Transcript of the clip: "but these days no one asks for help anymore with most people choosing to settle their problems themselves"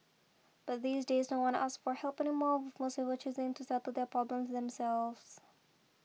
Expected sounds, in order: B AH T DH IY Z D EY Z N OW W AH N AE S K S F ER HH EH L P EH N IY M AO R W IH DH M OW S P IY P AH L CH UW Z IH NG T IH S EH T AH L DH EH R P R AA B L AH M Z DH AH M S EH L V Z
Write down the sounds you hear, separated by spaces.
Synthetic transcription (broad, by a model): B AH T DH IY Z D EY Z N OW W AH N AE S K F ER HH EH L P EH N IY M AO R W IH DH M OW S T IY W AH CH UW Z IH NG T IH S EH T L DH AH R P R AA B L AH M Z DH AH M S EH L V Z